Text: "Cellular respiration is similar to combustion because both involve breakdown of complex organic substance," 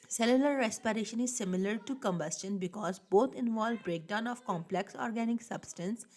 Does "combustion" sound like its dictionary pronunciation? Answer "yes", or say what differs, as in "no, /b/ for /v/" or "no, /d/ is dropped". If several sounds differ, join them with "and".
yes